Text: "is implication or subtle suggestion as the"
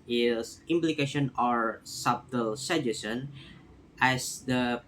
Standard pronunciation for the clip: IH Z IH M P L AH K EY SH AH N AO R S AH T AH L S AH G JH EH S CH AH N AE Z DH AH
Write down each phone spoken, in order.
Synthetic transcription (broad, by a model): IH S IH M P L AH K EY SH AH N AO R S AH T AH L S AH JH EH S AH N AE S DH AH